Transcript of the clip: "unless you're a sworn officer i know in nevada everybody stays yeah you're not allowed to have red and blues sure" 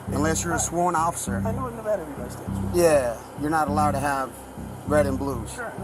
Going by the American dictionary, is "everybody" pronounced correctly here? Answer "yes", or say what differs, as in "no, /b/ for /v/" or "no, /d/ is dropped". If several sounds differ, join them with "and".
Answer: no, /ɹ/ is dropped